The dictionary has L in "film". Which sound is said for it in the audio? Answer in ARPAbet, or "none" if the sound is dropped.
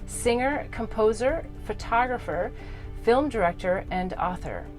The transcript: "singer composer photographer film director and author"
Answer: L